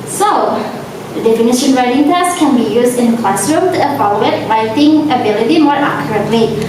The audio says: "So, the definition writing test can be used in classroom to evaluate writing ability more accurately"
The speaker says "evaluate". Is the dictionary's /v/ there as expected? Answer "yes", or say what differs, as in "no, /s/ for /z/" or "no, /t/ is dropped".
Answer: no, /f/ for /v/